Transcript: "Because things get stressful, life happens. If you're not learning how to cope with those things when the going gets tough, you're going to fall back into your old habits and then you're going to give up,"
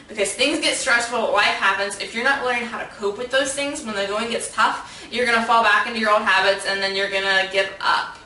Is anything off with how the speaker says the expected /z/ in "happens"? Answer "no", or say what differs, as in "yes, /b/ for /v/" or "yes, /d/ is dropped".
no